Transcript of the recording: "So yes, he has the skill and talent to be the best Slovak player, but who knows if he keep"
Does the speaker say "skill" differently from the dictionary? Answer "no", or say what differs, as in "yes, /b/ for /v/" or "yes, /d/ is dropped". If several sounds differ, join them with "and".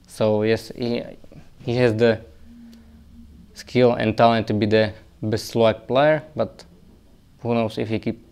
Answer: no